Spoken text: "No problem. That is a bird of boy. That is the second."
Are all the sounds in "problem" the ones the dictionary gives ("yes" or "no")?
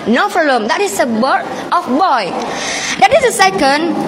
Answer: no